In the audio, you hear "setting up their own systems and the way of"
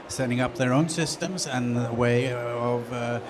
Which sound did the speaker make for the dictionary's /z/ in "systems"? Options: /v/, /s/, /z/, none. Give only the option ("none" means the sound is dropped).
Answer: /z/